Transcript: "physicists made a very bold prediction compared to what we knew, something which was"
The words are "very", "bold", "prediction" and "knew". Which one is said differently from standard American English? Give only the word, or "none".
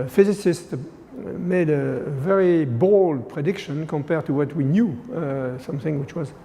none